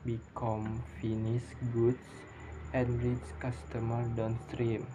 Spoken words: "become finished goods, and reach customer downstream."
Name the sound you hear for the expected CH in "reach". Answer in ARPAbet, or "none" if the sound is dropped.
S